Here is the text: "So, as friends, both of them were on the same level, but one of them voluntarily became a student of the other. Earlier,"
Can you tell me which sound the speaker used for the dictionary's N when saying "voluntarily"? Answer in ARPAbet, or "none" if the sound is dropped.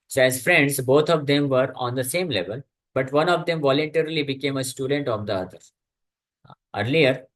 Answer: N